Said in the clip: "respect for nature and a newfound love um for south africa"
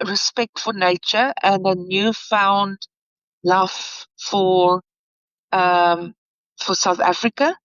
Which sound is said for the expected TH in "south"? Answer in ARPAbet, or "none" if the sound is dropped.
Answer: TH